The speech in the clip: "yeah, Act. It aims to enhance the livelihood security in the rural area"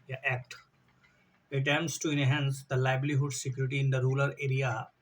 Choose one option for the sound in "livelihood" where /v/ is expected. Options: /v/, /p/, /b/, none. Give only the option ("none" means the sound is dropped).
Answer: /b/